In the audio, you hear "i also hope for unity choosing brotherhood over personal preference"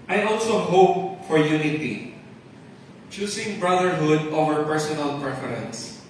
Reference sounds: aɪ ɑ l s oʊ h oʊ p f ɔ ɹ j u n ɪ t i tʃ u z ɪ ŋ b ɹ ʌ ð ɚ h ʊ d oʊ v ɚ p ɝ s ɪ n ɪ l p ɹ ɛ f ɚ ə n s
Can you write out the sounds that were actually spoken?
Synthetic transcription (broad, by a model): aɪ ɑ l s oʊ h oʊ p f ɔ ɹ j u n ɪ t i tʃ u s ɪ ŋ b ɹ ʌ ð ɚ h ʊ d oʊ v ɚ p ɝ s ɪ n ɪ l p ɹ ɛ f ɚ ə n s